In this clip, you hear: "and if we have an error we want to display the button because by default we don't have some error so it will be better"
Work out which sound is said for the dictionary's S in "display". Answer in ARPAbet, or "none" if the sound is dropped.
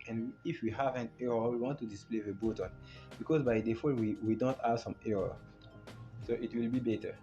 S